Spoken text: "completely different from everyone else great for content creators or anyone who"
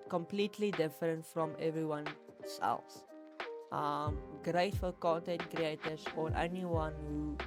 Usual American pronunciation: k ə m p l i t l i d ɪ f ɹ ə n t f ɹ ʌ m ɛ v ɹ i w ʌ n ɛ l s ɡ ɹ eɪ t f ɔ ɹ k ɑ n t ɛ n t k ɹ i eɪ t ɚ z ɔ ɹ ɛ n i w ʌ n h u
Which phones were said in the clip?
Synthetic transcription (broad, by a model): k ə m p l i t l i d ɪ f ɹ ə n t f ɹ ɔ m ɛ v ɹ i w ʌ n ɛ l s ɡ ɹ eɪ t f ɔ l k ɑ n t ɛ n t k ɹ i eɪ t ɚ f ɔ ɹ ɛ n i w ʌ n h u